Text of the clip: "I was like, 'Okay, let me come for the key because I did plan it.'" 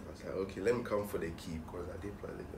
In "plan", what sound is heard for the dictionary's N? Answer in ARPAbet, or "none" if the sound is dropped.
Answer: L